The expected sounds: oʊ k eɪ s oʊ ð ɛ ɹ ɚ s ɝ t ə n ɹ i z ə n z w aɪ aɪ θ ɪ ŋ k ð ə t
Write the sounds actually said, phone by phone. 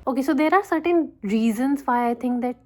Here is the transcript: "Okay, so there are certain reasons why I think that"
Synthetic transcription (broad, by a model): oʊ k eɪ s oʊ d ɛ ɹ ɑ s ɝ t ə n ɹ i z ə n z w aɪ aɪ t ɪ ŋ k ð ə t